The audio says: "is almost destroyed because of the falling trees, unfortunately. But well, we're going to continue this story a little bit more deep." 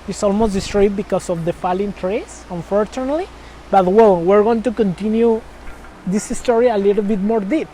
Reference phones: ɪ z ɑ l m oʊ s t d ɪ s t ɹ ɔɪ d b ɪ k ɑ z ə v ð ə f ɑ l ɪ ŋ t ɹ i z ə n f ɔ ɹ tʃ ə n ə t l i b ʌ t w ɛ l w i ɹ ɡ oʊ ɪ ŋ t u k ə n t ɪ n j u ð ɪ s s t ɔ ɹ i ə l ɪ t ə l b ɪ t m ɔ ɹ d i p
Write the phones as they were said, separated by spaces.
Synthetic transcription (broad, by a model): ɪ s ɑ l m oʊ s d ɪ s t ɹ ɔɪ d b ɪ k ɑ s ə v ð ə f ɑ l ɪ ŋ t ɹ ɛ s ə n f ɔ ɹ tʃ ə n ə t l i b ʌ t w ɛ l w i ɹ ɡ oʊ ɪ ŋ t u k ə n t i n j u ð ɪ s s t ɔ ɹ i ə l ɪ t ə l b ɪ t m ɔ ɹ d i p